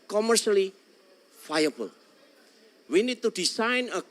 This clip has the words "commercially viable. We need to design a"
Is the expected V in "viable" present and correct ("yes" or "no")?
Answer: no